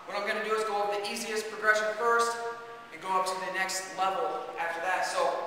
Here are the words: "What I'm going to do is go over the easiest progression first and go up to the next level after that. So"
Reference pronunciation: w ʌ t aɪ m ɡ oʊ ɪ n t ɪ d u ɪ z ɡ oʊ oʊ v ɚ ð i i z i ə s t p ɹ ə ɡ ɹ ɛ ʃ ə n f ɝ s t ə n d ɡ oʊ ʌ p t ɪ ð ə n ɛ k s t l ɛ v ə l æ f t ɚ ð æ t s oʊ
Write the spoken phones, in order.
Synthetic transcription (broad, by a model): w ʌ t aɪ m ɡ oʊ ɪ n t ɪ d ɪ ɪ z ɡ oʊ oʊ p ð i i z i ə s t p ɹ ə ɡ ɹ ɛ ʃ ə n f ɝ s t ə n ɡ oʊ ʌ p t ɪ ð ə n ɛ k s t l ɛ v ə l æ f t ɚ ð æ t s oʊ